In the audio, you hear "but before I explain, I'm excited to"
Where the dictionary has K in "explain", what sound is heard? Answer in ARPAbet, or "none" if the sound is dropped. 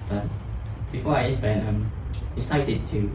none